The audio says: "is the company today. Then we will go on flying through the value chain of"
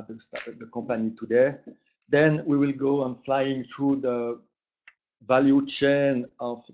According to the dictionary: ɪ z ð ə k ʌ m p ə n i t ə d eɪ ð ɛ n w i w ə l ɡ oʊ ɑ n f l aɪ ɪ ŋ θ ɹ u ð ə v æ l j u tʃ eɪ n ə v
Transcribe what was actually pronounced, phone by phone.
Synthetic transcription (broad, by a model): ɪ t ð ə k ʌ m p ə n i t ə d eɪ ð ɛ n w i w ə l ɡ oʊ ɑ n f l aɪ ɪ ŋ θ ɹ u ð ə v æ l j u tʃ eɪ n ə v